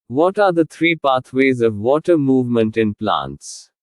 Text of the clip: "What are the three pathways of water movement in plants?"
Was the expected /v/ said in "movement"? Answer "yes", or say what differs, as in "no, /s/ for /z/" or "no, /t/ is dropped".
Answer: yes